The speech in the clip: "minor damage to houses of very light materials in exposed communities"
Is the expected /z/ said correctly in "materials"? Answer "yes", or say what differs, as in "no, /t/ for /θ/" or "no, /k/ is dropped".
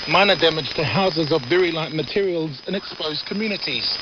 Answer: yes